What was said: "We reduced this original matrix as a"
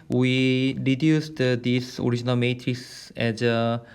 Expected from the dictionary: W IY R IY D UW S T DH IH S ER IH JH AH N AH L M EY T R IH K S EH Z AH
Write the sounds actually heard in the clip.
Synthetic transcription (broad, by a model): W IY R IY D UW S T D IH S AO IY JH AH N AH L M EY T R IH K S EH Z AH